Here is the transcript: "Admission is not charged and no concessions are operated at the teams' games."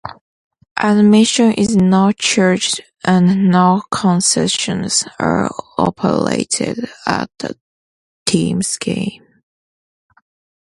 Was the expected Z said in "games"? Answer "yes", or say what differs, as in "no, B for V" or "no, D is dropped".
no, Z is dropped